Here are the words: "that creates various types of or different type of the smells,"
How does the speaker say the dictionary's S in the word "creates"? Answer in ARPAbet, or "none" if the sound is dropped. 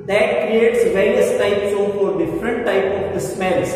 S